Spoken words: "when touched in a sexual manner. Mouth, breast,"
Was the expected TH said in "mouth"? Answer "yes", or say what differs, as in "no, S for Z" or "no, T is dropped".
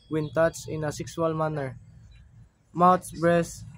no, S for TH